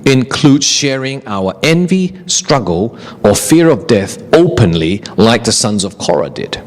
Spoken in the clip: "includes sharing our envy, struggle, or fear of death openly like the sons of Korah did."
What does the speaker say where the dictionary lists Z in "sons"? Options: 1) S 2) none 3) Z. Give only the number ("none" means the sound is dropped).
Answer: 3